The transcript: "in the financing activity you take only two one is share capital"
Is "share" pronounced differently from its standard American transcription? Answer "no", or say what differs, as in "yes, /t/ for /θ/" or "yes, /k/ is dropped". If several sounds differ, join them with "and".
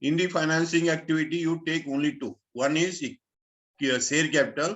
yes, /s/ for /ʃ/